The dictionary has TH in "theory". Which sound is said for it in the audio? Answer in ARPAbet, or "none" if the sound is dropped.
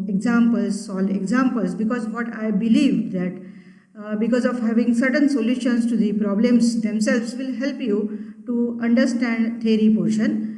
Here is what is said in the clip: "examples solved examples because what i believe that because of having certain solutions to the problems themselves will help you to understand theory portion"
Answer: T